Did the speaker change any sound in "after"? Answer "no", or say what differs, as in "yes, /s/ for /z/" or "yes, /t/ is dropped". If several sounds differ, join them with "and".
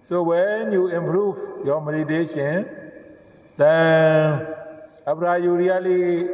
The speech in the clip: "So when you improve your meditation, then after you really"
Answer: yes, /p/ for /f/